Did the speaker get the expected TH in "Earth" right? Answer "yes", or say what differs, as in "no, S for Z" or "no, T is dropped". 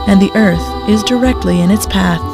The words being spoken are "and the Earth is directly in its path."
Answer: yes